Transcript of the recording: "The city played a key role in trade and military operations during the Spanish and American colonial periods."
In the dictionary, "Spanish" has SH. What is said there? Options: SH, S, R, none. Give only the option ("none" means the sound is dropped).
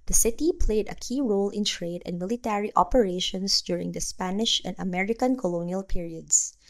SH